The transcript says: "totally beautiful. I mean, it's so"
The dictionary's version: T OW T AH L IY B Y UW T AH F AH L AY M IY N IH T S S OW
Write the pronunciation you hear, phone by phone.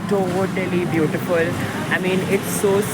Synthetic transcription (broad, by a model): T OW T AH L IY B Y UW T AH F AH L AY M IY N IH T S S OW